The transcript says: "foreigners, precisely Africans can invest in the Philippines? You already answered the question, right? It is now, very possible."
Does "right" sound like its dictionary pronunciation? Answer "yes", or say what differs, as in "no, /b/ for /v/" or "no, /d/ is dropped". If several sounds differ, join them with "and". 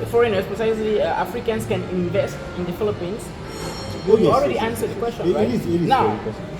no, /t/ is dropped